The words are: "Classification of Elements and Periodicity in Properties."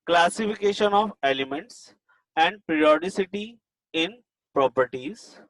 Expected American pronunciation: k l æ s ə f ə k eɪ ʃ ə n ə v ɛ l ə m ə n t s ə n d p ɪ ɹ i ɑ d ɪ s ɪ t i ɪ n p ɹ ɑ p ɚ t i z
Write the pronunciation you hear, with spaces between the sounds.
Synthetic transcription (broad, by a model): k l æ s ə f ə k eɪ ʃ ə n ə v ɛ l ə m ə n t s ə n d p ɹ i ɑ d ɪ s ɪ t i ɪ n p ɹ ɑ p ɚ t i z